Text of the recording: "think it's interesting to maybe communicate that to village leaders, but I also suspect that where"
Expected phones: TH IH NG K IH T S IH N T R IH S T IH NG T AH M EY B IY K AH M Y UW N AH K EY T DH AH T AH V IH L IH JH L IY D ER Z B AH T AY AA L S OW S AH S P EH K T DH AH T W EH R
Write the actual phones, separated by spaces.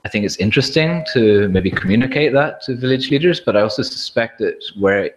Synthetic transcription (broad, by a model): TH IH NG K IH T S IH N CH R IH S T IH NG T AH M EY B IY K AH M Y UW N AH K EY T DH AH T AH V IH L IH JH L IY D ER Z B AH T AY AA L S OW S AH S P EH K T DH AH T W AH R